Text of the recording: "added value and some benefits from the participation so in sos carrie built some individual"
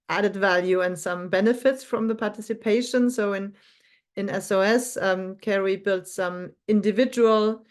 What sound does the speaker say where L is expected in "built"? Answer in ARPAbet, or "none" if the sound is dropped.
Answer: L